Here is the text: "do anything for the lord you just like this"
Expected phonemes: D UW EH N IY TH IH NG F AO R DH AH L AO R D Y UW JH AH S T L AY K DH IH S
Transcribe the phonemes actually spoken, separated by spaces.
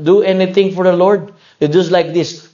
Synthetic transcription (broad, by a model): D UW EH N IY T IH NG F AO R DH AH L AO R D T JH AH S T L AY K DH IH S